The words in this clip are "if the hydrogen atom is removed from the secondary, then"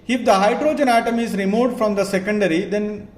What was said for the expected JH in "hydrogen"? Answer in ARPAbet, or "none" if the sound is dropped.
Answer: JH